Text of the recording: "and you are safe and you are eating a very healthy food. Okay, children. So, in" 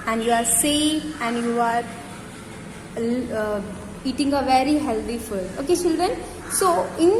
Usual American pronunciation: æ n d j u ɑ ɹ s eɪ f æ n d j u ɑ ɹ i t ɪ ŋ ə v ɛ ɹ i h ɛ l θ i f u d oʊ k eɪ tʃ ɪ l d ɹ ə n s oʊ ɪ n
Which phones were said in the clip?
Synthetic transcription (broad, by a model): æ n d j u ɑ ɹ s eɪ æ n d j u ɑ ɹ i t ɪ ŋ ə v ɛ ɹ i h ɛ l t i f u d oʊ k eɪ tʃ ɪ l d ɹ ə n s oʊ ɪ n